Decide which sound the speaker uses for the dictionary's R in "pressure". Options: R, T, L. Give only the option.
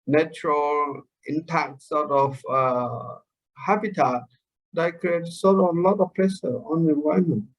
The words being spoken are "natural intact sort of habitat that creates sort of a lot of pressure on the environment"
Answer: L